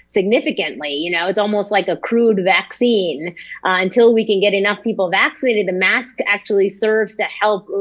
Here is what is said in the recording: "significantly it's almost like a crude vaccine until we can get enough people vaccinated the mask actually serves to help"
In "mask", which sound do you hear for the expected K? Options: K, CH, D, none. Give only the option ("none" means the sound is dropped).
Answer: K